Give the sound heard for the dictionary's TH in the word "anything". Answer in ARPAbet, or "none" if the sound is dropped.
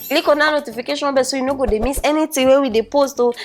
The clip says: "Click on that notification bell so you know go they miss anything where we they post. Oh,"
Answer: T